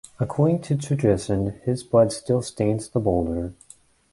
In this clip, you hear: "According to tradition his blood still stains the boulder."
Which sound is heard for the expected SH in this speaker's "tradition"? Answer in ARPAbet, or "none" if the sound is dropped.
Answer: S